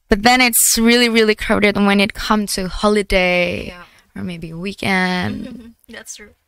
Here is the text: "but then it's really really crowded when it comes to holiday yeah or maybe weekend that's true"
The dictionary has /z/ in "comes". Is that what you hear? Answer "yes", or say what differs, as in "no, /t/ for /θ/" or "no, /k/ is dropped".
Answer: no, /z/ is dropped